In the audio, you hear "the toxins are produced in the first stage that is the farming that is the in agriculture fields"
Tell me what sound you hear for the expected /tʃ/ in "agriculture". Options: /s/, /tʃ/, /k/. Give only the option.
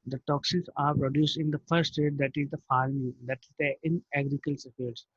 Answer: /s/